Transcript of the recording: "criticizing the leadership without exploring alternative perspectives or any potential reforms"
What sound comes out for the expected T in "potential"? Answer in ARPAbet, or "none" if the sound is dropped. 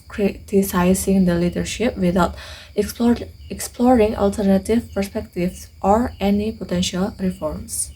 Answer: T